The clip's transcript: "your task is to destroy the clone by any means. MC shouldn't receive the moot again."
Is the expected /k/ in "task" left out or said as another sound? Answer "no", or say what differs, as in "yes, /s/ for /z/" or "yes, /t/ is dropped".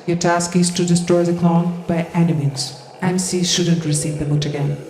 no